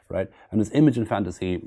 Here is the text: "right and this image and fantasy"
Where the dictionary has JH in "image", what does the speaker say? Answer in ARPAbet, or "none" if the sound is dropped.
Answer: JH